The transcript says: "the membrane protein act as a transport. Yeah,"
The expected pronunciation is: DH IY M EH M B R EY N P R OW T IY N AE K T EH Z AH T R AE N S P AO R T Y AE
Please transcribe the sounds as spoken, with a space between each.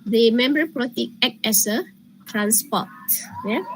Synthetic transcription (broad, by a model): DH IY M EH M B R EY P R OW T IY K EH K EH S AH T R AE N S P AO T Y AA